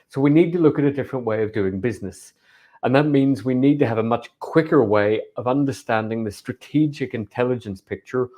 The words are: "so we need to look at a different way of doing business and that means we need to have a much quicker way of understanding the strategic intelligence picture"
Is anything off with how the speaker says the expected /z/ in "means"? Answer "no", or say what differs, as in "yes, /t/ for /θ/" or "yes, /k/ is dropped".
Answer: no